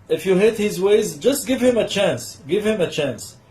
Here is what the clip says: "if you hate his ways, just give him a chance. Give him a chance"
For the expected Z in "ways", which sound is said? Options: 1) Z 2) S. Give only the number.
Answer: 1